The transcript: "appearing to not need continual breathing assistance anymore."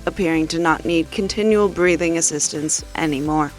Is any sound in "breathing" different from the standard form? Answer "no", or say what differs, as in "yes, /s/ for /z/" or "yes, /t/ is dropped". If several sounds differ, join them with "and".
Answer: no